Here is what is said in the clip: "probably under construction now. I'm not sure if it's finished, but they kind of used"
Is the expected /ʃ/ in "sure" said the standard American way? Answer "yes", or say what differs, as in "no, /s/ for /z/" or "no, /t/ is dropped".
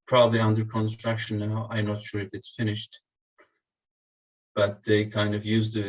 yes